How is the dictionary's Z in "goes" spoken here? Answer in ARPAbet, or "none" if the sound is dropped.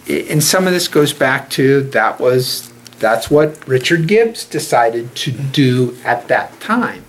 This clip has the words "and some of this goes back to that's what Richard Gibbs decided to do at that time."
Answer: Z